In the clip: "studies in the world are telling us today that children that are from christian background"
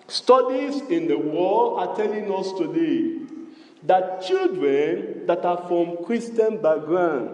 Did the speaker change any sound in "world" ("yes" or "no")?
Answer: yes